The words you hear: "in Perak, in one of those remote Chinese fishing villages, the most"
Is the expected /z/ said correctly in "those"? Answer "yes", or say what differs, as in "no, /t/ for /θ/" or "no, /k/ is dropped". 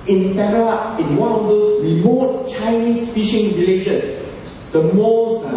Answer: no, /s/ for /z/